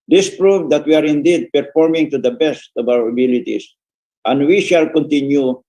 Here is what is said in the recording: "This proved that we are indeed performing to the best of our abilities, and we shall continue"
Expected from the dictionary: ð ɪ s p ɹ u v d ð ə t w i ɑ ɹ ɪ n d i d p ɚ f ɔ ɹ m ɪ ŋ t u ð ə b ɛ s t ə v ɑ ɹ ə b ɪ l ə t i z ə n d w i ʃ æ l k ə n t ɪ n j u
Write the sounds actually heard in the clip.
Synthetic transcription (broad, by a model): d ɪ s p ɹ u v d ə t w i ɑ ɹ ɪ n d i d p ɚ f ɔ ɹ m ɪ ŋ t u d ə b ɛ s t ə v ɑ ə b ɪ l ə t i s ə n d w i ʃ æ l k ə n t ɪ n j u